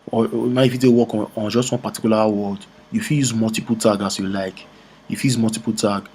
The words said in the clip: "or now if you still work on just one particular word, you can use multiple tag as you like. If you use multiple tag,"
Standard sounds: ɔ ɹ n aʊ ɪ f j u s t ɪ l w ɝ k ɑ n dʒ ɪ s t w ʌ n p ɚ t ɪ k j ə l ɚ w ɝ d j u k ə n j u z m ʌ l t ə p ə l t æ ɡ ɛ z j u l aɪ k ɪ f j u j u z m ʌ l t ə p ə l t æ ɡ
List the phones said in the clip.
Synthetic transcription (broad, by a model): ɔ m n ɪ f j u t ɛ w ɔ k ɑ n dʒ ɪ s t w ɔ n p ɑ t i k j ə l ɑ w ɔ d j u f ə l j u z m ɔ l t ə p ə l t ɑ ɡ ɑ s j u l aɪ k j u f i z m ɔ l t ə p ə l t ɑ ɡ